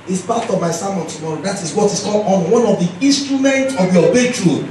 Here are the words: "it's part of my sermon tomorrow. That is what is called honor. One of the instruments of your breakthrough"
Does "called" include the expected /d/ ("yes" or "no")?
no